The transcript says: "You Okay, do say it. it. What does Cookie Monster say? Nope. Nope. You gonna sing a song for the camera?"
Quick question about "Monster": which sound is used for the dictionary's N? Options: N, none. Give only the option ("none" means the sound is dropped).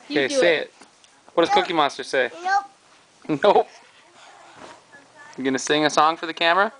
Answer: none